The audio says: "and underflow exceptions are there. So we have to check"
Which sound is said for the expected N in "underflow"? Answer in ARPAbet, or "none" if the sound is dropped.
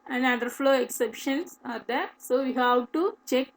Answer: none